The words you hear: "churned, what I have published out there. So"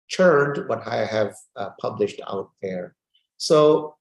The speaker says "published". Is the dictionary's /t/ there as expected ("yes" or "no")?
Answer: yes